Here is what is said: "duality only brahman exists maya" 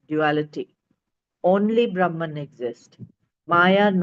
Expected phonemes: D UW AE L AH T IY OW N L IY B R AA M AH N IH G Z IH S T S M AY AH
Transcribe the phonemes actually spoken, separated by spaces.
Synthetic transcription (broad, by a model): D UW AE L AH T IY OW N L IY B R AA M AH N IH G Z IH S T M AY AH